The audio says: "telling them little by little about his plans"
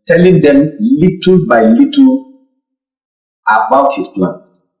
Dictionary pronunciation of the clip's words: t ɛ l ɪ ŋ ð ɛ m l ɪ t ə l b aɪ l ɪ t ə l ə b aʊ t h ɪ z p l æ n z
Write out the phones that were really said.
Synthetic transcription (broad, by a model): t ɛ l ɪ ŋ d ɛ m l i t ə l b aɪ l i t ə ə b aʊ t h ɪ s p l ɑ n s